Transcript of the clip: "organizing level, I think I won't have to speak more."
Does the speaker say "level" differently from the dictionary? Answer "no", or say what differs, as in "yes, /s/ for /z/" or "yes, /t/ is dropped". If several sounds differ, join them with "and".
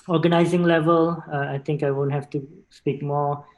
no